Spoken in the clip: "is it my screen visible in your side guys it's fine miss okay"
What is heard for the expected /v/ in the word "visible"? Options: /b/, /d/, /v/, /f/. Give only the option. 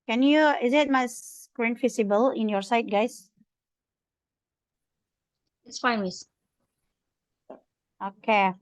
/f/